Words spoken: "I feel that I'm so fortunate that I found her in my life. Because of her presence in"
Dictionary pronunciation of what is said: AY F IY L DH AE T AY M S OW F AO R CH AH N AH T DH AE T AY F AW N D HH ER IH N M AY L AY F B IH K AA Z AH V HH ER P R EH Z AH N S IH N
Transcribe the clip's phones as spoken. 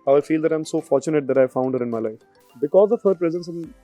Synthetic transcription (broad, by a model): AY F IY L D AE T AY M S OW F AO R CH AH N AH T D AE T AY F AW N D HH ER IH N M AY L AY F B IH K AA Z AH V HH ER P R EH Z AH N S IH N